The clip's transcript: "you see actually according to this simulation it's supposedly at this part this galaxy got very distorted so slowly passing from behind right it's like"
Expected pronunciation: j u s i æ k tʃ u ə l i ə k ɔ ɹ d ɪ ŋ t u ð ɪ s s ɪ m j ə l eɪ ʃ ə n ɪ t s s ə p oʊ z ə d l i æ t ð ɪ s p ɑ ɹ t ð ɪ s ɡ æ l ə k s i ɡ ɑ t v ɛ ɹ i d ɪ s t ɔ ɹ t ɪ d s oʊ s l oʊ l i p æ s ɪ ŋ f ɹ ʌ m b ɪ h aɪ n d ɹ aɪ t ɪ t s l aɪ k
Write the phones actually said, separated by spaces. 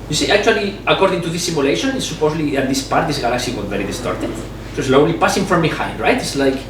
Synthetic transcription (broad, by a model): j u s i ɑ k tʃ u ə l i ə k ɔ ɹ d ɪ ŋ t u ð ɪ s s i m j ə l eɪ ʃ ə n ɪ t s s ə p oʊ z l i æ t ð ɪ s p ɑ ɹ t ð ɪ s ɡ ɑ l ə k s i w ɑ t v ɛ ɹ i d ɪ s t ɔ ɹ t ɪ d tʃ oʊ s l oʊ l i p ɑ s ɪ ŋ f ɹ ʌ m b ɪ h aɪ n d ɹ aɪ t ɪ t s l aɪ k